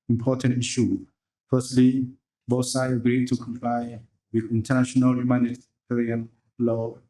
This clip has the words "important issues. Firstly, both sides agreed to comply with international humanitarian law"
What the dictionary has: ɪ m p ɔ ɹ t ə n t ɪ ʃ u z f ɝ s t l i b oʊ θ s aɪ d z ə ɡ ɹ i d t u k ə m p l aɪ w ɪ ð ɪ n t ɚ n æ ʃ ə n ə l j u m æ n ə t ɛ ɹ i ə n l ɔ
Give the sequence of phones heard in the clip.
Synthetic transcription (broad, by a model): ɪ m p ɔ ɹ t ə n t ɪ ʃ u f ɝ s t l i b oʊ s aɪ ə ɡ ɹ i d t u k ə m p l aɪ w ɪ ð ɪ n t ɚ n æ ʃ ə n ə l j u m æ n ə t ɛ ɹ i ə n l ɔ